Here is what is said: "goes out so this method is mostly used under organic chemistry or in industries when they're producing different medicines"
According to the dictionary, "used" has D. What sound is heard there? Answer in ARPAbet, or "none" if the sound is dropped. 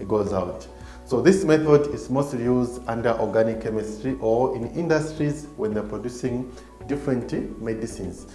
D